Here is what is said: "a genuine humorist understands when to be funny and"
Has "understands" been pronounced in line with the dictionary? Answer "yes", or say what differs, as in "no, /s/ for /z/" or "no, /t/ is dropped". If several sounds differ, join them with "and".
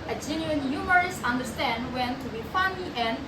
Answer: no, /z/ is dropped